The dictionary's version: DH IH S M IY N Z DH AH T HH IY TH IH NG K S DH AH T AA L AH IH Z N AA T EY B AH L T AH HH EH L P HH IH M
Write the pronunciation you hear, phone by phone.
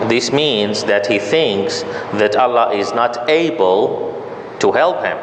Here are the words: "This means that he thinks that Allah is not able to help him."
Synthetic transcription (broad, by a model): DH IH S M IY N Z DH AH T HH IY TH IH NG K S DH AH T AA L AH IH Z N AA T EY B AH L T AH HH EH L P HH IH M